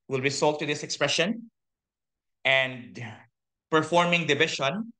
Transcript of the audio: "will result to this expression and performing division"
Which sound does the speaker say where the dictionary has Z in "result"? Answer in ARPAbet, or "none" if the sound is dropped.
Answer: S